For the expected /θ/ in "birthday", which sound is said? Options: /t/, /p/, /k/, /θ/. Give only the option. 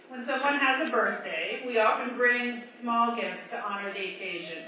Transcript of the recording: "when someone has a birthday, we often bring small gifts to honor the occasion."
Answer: /θ/